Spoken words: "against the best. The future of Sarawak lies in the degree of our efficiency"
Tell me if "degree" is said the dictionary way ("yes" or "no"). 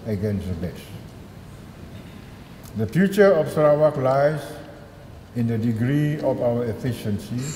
yes